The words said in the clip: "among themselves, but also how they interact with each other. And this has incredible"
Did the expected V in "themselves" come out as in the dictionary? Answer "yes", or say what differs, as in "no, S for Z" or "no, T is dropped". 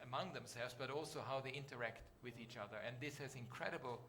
yes